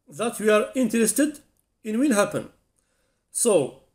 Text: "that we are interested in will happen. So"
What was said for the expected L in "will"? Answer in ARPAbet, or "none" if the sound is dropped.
N